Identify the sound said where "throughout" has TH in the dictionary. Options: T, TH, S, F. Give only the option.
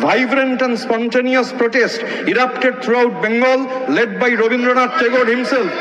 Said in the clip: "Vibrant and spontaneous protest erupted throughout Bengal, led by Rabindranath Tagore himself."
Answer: T